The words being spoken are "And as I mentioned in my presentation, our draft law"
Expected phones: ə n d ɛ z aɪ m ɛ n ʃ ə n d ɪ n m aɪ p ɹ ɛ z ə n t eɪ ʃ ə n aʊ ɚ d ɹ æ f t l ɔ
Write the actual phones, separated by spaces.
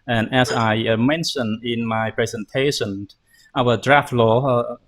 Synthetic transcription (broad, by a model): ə n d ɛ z aɪ m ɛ n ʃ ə n ɪ n m aɪ p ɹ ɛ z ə n t eɪ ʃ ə n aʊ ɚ d ɹ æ f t l ɔ